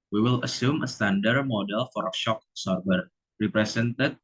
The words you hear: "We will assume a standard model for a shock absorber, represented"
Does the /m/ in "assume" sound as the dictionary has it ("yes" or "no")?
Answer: yes